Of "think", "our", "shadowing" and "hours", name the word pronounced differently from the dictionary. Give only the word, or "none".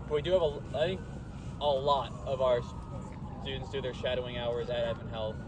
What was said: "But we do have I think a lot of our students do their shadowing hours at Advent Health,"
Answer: none